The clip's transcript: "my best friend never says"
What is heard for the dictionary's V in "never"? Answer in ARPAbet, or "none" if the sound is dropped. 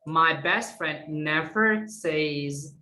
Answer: V